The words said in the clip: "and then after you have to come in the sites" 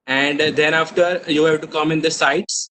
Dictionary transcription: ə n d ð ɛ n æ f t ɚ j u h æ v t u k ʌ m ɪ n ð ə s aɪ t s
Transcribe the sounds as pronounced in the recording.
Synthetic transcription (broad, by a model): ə n d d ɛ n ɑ f t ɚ j u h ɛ b t u k ʌ m ɪ n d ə s aɪ t s